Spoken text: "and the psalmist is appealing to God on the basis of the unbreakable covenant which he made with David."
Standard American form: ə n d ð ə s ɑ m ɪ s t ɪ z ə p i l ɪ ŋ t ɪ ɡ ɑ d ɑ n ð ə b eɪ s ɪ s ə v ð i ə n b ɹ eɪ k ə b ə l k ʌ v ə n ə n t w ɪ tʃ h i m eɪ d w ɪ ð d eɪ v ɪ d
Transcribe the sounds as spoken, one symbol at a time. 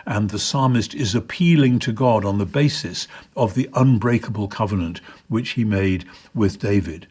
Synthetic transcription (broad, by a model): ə n ð ə s ɑ m ɪ s t ɪ z ə p i l ɪ ŋ t ɪ ɡ ɑ d n ð ə b eɪ s ɪ s ə v ð i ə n b ɹ eɪ k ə b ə l k ʌ v ə n ə n t w ɪ tʃ h i m eɪ d w ɪ ð d eɪ v ɪ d